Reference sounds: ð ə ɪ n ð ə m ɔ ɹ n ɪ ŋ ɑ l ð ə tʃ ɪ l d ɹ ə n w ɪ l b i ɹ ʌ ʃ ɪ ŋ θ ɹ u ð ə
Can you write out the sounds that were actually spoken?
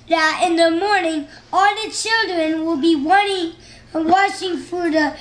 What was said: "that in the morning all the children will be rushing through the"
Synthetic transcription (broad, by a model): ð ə ɪ n ð ə m ɔ ɹ n ɪ ŋ ɑ l ð ə tʃ ɪ l d ɹ ə n w ɪ l b i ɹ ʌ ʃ ɪ ŋ f ɹ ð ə